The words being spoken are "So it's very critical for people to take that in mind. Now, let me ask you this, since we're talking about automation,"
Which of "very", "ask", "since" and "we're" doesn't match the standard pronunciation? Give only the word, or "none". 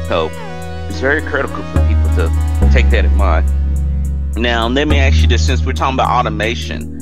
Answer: ask